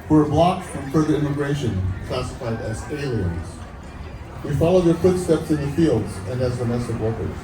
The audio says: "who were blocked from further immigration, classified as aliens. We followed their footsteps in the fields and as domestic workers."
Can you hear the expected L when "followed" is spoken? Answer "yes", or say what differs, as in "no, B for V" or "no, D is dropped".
yes